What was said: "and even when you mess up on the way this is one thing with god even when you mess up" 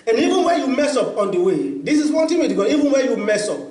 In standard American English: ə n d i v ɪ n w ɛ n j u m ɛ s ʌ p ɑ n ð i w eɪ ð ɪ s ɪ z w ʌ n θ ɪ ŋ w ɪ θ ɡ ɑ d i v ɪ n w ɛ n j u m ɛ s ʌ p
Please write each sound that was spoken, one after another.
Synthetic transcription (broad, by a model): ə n i v ɪ n w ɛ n j u m ɛ s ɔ p ɑ n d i w eɪ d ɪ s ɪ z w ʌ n t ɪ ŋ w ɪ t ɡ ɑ i v ɪ n w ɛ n j u m ɛ s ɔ p